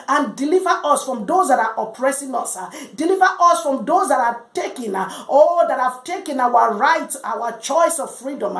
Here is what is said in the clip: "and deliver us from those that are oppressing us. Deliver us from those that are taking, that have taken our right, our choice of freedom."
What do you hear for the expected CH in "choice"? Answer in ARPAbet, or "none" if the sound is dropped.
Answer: CH